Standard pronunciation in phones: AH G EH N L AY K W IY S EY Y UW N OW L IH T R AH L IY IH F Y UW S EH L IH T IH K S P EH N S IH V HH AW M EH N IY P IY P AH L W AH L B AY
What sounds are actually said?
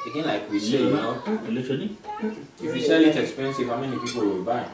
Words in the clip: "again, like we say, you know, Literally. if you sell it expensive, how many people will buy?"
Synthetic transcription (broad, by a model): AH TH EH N L AY K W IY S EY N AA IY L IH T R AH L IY IH F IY SH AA L IH T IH K S P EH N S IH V HH AW M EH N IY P IY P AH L W AH L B AY